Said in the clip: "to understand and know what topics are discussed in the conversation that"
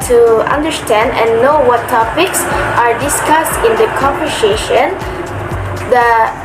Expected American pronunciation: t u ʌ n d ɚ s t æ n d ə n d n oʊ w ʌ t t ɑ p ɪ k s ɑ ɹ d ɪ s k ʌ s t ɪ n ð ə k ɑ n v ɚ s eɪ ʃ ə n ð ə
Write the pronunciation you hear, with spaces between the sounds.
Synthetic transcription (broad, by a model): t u ʌ n d ɚ s t æ n d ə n n oʊ w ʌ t t ɑ p ɪ k s ɑ ɹ d ɪ s k ʌ s t ɪ n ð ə k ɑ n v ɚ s eɪ ʃ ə n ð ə